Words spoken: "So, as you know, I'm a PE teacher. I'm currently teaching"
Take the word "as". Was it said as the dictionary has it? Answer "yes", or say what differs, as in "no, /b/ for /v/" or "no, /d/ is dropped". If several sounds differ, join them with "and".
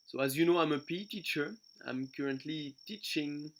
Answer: yes